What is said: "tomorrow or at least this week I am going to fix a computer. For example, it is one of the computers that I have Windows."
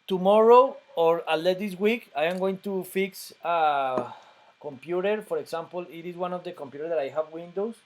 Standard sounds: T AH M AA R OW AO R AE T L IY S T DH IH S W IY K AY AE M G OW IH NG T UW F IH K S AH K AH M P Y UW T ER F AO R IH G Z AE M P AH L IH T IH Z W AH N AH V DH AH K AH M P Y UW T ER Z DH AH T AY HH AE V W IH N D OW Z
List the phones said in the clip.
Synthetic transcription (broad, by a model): T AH M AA R OW AO R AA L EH T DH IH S W IY K AY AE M G OW IH NG T UW F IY K S AH K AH M P Y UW T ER F AO R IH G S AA M P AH L IH T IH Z W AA N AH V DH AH K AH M P Y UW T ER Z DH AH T AY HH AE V W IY N D OW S